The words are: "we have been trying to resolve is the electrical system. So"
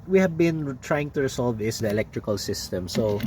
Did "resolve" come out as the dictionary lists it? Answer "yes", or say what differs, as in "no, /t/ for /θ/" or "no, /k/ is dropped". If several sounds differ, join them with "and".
no, /s/ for /z/